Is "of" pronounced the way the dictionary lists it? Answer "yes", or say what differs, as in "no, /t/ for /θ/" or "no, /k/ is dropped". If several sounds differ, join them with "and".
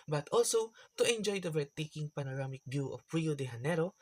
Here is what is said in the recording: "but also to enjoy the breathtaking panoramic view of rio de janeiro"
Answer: no, /p/ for /v/